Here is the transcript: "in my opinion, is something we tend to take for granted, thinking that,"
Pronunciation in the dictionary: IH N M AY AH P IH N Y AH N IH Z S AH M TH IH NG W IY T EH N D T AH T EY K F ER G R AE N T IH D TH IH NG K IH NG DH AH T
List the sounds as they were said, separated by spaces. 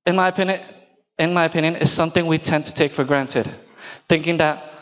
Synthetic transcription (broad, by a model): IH N M AY AH P IH N Y AH N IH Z S AH M TH IH NG W IY T EH N T AH T EY K F ER G R AE N T IH D TH IH NG K IH NG DH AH T